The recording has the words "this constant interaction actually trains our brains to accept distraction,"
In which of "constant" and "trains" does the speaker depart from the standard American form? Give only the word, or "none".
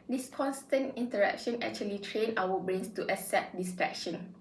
trains